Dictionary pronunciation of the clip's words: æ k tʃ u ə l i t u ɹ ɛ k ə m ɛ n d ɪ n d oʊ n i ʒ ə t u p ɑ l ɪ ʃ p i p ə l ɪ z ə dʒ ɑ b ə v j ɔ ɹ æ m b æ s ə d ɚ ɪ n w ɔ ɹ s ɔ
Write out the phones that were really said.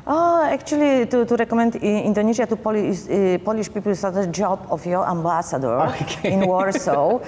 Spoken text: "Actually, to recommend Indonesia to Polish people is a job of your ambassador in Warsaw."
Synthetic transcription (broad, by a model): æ k tʃ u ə l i t u ɹ ɛ k ə m ɛ n d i n d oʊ n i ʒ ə t u p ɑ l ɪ s p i p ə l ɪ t ə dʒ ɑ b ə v j ɔ ɹ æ m b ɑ s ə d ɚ ɪ n w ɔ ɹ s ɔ